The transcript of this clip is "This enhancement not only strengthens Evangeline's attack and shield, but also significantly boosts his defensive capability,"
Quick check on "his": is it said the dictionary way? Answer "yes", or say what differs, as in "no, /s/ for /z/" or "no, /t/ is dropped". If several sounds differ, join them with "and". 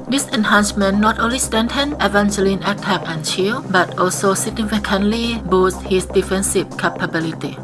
no, /s/ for /z/